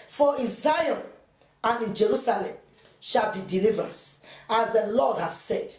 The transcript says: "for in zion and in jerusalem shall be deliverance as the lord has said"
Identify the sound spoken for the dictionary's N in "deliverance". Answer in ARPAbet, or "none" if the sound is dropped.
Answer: none